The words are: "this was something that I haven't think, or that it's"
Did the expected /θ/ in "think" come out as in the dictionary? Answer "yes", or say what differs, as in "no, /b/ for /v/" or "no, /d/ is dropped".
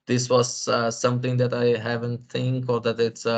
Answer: no, /t/ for /θ/